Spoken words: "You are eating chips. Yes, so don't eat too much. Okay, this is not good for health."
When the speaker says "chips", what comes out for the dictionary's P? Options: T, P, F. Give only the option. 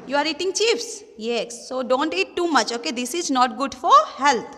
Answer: F